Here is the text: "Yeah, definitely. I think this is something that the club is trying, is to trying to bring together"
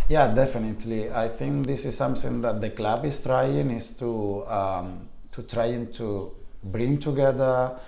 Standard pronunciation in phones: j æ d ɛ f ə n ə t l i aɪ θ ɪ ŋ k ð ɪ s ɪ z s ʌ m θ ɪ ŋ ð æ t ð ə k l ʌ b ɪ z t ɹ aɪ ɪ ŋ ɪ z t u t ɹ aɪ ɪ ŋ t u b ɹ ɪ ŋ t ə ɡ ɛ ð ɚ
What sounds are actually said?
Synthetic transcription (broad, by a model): j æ d ɛ f ə n ə t l i aɪ t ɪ ŋ k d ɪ s ɪ z s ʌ m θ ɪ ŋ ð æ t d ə k l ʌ b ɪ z t ɹ aɪ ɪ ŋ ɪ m t u t ɹ aɪ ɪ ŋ t u b ɹ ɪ ŋ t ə ɡ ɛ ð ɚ